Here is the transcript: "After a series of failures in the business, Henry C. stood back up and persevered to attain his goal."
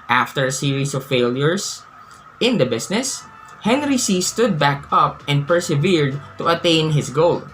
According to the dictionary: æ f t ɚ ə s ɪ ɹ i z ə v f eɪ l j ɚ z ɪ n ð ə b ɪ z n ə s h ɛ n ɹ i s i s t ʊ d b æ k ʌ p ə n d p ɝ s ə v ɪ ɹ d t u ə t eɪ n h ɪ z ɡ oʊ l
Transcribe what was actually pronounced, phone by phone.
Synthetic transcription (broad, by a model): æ f t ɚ ə s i ɹ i s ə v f eɪ l j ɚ s ɪ n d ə b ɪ s n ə s h ɛ n ɹ i s i s t ʊ d b æ k ʌ p ə n d p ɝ s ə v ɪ ɹ d t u ə t eɪ n h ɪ s ɡ oʊ l